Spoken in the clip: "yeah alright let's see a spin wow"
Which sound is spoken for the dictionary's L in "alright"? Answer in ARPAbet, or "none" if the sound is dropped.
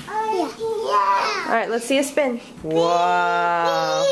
none